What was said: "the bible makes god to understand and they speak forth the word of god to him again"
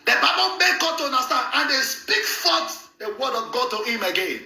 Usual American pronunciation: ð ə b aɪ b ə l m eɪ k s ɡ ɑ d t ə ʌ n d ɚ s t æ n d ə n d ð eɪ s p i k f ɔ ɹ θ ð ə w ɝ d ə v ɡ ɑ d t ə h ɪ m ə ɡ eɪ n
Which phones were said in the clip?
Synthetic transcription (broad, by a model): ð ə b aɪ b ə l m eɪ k ɡ ɑ d t ə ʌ n d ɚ s t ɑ n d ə n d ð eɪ s p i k f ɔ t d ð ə w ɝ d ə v ɡ ɑ d t ə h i m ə ɡ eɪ n